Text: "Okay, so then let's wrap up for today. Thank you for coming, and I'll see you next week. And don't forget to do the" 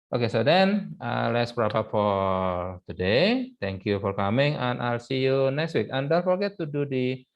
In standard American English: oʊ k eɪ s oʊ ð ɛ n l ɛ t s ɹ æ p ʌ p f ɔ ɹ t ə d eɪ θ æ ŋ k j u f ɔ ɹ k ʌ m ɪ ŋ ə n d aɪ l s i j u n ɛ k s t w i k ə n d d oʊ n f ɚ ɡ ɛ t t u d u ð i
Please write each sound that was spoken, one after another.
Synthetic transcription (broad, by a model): oʊ k eɪ s oʊ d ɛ n l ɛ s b ɹ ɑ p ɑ f ɔ ɹ t ə d eɪ t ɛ ŋ k j u f ɔ ɹ k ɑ m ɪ ŋ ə n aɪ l s i j u n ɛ k s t w i k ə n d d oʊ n f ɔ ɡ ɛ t t u d u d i